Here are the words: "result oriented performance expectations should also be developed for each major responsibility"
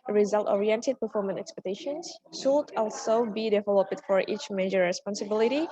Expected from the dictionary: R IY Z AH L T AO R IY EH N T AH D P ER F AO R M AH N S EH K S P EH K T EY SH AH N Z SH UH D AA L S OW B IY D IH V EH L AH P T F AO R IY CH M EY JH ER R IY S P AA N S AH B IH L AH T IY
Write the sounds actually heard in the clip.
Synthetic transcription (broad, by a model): R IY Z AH L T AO R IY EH N T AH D P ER F AO R M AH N EH K S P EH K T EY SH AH N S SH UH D AA L S OW B IY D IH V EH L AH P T F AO R IY CH M EY JH ER R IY S P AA N S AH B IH L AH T IY